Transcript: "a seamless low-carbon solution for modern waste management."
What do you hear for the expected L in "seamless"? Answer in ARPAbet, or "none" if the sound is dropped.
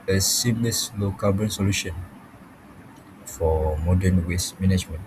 none